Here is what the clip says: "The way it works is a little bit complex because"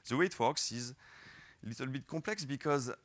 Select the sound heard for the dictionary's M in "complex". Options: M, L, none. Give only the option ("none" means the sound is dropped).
none